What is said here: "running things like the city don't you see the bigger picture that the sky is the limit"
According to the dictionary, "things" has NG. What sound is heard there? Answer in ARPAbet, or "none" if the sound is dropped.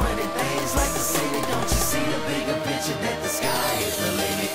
none